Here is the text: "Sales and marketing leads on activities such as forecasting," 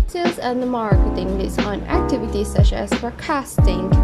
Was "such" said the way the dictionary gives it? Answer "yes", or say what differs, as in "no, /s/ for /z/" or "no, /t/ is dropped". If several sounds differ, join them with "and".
no, /ʃ/ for /tʃ/